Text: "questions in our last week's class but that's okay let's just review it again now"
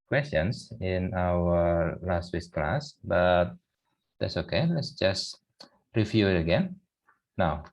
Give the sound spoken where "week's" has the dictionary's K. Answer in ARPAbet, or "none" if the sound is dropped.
none